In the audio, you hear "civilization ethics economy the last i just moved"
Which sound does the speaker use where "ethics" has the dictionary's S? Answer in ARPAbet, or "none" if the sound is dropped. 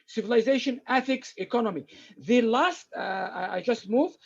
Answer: S